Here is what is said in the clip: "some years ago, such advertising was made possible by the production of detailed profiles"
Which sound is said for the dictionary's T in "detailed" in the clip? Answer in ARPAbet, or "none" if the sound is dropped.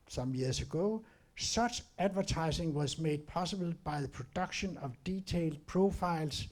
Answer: S